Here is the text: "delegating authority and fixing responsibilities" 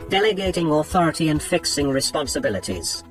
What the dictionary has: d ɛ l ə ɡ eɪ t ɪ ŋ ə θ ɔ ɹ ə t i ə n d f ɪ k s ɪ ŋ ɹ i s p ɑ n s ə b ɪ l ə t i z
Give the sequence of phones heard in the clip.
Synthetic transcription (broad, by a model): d ɛ l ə ɡ eɪ t ɪ ŋ ə θ ɔ ɹ ə t i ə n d f ɪ k s ɪ ŋ ɹ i s p ɑ n s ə b ɪ l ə t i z